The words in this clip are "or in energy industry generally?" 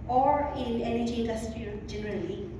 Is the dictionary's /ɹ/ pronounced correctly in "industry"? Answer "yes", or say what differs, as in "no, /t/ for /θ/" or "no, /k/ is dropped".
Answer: no, /ɹ/ is dropped